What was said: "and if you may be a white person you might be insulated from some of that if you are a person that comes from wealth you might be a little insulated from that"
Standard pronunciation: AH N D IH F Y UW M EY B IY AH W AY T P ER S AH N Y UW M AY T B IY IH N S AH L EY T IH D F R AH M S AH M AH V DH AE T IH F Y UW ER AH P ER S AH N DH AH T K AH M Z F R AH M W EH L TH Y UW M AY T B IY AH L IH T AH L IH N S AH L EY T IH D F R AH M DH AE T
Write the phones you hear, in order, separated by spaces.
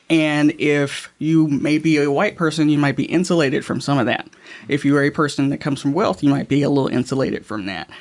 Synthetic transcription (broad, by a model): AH N IH F Y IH M EY B IY AH W AY T P ER S AH N Y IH M AY T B IY IH N S AH L EY T IH D F R AH M S AH M AH V DH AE T IH F Y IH ER AH P ER S AH N DH AH T K AH M Z F R AH M W EH L TH Y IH M AY T B IY AH L IH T L IH N S AH L EY T IH D F R AH M DH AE T